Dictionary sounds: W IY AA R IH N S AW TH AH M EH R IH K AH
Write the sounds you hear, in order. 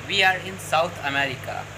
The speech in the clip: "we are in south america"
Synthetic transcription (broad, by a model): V IY AA R IH N S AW T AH M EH R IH K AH